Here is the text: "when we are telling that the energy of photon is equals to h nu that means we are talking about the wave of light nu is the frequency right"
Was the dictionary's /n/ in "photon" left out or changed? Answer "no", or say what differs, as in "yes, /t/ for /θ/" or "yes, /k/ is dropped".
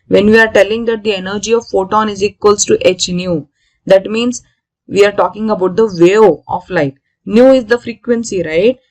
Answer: no